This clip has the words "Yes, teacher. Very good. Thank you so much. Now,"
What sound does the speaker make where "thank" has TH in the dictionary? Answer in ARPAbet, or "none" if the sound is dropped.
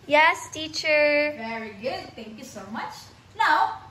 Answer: T